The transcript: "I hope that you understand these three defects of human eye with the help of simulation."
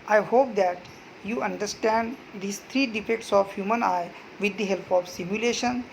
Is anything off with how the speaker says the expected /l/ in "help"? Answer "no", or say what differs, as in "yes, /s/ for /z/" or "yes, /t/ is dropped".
no